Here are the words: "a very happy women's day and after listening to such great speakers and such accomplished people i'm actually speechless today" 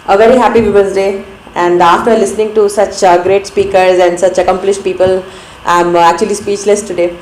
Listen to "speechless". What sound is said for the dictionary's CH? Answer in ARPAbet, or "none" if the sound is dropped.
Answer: CH